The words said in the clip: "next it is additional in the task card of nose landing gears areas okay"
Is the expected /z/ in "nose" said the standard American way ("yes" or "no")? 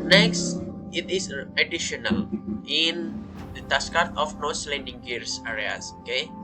no